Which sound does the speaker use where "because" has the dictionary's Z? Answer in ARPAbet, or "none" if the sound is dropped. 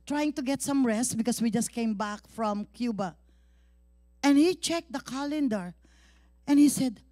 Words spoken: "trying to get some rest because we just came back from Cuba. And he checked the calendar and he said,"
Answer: S